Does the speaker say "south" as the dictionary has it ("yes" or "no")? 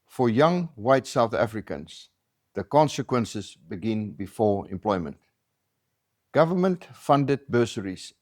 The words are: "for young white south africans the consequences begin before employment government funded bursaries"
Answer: yes